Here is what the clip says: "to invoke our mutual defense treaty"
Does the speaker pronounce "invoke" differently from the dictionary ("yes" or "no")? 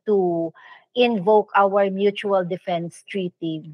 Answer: no